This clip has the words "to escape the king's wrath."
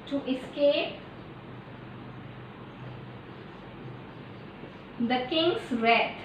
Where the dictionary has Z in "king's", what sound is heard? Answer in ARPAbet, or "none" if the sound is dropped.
S